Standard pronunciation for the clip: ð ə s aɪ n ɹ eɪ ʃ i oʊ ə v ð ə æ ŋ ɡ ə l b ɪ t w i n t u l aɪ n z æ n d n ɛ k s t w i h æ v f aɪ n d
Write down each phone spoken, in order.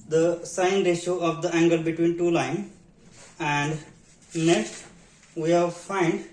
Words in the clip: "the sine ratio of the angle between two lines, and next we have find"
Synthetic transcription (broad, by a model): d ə s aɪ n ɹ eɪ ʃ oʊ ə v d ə æ ŋ ɡ ə l b ɪ t w i n t u l aɪ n æ n d n ɛ k s t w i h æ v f aɪ n d